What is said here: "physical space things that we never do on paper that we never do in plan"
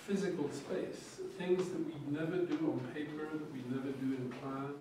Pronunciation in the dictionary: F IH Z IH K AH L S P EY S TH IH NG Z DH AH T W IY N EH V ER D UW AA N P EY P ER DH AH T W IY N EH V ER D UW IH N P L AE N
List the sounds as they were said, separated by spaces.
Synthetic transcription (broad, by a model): F IH Z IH K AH L S P EY S TH IH NG Z DH AH T W IY N EH V ER D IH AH N P EY P ER DH AH T W IY N EH V ER D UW IH N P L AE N